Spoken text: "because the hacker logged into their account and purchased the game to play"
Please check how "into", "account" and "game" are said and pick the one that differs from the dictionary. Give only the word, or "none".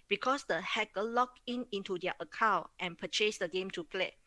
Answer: account